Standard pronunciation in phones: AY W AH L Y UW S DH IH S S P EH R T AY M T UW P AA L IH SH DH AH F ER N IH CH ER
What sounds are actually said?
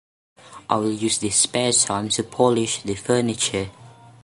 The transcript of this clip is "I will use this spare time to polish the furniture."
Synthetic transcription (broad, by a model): AY W AH L Y UW S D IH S S P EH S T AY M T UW P AA L IH SH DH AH F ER N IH CH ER